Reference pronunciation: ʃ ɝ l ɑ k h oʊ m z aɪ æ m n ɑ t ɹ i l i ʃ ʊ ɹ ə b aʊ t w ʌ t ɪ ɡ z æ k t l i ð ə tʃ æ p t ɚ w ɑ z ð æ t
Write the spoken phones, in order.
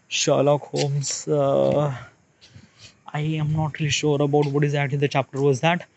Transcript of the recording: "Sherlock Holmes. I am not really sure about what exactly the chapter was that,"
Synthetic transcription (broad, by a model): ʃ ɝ l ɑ k h oʊ m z aɪ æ m n ɑ t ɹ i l i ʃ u ɹ ə b aʊ t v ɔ t ɪ ɡ z æ k t l i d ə tʃ æ p t ɚ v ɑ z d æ t